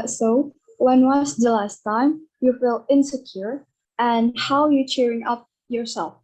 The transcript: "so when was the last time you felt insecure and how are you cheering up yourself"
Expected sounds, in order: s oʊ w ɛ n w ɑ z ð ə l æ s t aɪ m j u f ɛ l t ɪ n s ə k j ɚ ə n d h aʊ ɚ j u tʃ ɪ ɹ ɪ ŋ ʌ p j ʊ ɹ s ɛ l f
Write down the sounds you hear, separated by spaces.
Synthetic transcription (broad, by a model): s oʊ w ɛ n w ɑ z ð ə l æ s t aɪ m j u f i l ɪ n s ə k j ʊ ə n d h aʊ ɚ j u tʃ ɪ ɹ ɪ ŋ ʌ p j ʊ ɹ s ɛ l f